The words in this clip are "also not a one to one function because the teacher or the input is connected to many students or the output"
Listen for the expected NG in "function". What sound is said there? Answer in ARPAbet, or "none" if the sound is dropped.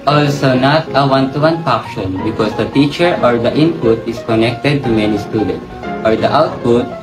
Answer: none